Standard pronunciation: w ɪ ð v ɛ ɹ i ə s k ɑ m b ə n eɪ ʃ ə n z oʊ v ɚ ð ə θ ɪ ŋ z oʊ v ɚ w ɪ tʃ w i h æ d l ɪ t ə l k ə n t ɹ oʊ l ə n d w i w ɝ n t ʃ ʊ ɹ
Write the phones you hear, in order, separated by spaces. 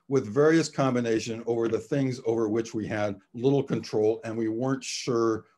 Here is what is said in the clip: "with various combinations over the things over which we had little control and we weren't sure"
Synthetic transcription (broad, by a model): w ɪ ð v ɛ ɹ i ə s k ɑ m b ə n eɪ ʃ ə n oʊ v ɚ ð ə θ ɪ ŋ z oʊ v ɚ w ɪ tʃ w i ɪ d l ɪ t l k ə n t ɹ oʊ l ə n w i w ɝ n t ʃ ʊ ɹ